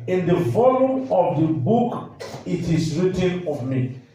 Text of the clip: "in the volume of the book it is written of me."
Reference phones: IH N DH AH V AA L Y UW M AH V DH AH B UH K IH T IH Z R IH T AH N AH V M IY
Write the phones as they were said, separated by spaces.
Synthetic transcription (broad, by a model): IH N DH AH F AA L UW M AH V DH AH B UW K IH T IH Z R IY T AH N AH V M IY